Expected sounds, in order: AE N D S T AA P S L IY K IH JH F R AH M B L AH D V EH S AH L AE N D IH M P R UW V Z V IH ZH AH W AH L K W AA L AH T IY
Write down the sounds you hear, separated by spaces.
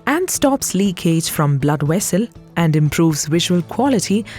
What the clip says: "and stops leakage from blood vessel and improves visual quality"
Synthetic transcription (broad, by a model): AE N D S T AA P S L IY K IH JH F R AH M B L AH D W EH S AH L AE N D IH M P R UW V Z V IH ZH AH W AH L K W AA L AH T IY